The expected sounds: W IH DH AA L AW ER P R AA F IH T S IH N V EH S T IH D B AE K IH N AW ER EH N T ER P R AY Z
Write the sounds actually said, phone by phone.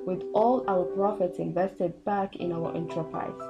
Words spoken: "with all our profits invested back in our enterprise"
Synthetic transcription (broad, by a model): W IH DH AA L AW ER P R AA F IH T S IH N V EH S T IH D B AE K IH N AW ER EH N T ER P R AY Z